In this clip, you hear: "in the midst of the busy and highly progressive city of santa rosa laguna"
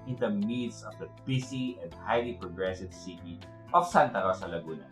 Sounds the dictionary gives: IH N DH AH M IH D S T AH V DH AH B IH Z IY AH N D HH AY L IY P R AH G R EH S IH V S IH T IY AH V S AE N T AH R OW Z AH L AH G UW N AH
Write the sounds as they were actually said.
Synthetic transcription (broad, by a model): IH N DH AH M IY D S AH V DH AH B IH S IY AH N D HH AY L IY P R AH G R EH S IH V S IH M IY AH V S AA N T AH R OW S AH L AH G UW N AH